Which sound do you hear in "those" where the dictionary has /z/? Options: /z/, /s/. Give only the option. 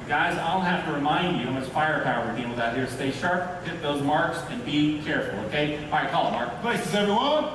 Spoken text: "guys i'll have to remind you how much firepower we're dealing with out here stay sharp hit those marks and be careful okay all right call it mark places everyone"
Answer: /z/